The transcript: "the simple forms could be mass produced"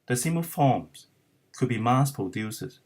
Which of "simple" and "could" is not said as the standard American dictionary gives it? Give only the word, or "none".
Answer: simple